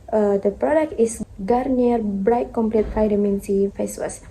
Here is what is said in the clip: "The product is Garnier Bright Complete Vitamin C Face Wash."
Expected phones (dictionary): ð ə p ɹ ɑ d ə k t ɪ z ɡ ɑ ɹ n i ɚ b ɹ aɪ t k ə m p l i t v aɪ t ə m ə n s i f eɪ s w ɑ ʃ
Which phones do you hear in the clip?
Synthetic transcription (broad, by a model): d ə p ɹ ɑ d ə k t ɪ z ɡ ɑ ɹ n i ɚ b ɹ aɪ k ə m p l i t f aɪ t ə m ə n s i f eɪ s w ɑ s